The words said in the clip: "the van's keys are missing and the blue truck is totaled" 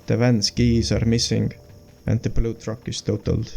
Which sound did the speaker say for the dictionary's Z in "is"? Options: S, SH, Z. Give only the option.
S